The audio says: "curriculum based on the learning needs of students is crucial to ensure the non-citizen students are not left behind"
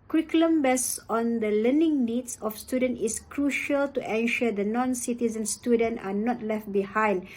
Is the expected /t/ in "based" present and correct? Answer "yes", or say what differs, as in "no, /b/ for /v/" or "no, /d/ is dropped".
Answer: no, /t/ is dropped